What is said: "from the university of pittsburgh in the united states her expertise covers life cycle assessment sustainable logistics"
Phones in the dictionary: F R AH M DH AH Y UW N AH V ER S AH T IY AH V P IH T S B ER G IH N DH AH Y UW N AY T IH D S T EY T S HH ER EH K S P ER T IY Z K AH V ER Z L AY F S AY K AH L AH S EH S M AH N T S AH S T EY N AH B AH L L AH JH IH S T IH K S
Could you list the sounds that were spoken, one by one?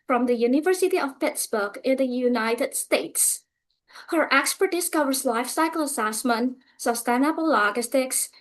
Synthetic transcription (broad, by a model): F R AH M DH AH Y UW N AH V ER S AH T IY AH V P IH T S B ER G IH N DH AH Y UW N AY T IH D S T EY T S HH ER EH K S P ER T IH S K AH V ER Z L AY F S AY K AH L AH S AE S M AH N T S AH S T EY N AH B AH L L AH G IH S T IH K S